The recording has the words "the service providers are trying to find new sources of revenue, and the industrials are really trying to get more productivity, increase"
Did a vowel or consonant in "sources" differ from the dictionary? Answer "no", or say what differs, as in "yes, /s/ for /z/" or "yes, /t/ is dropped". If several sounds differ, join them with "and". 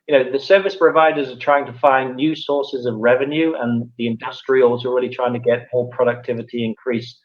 no